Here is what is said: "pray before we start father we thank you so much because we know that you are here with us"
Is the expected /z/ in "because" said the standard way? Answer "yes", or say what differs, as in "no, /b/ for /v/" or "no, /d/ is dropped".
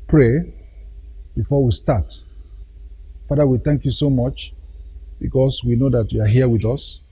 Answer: no, /s/ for /z/